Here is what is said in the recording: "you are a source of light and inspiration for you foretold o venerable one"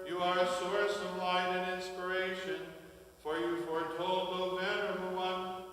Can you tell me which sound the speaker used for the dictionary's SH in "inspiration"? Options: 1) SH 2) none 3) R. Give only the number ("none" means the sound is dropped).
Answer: 1